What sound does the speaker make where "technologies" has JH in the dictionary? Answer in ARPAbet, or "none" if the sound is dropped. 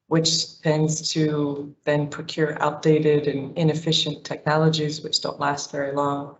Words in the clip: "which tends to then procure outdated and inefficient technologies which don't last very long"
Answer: JH